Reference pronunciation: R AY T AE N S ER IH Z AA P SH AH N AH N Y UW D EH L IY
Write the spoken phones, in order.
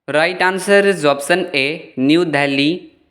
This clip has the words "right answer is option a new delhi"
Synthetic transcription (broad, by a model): R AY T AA N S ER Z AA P S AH N AH N Y UW D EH L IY